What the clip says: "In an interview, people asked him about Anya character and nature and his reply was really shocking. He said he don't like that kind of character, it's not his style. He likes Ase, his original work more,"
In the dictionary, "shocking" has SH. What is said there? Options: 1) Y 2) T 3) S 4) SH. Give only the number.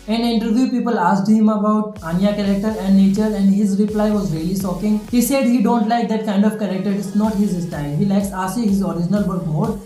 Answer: 3